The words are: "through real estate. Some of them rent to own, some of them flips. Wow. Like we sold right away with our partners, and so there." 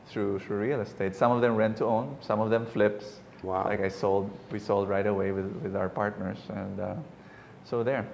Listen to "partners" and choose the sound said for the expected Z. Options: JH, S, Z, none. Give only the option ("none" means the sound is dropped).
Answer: S